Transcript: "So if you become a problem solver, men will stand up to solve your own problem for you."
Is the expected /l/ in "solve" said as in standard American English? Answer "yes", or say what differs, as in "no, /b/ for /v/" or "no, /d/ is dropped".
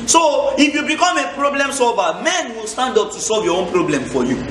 yes